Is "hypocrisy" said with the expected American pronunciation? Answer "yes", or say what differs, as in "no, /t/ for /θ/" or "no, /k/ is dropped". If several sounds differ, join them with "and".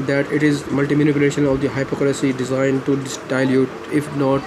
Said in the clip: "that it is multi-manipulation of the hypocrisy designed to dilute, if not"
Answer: no, /l/ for /ɹ/